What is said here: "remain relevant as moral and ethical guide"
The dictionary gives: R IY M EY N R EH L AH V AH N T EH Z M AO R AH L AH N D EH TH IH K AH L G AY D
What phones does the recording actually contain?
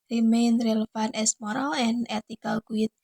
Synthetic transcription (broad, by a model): R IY M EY N R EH L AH F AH N EH S M AO R AH L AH N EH T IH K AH L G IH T